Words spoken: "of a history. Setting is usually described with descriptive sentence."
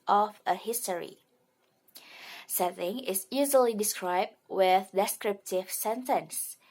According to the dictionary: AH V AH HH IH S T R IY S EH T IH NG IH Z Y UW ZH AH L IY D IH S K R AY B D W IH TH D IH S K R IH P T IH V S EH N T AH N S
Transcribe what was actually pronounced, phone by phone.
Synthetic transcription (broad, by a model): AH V AH HH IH S T R IY S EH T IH NG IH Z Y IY Z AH L IY D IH S K R AY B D W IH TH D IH S K R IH P T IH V S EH N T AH N S